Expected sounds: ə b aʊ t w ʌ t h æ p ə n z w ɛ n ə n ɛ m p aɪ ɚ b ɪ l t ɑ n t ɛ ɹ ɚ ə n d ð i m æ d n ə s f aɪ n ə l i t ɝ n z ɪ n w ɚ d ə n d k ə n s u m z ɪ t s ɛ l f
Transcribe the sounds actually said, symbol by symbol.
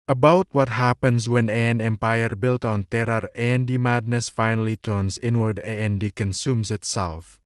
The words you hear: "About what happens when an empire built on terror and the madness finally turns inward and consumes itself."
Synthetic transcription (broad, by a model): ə b aʊ t w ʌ t h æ p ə n s w ɛ n ə n ɛ m p aɪ ɚ b ɪ l t ɑ n t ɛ ɹ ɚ ə n d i m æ d n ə s f aɪ n ə l i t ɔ n s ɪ n w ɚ d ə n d k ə n s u m s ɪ t s ɛ l f